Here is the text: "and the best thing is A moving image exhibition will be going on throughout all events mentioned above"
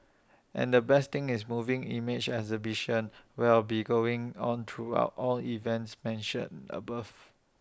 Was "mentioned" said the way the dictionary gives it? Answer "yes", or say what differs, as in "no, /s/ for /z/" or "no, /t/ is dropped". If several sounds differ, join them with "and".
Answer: no, /d/ is dropped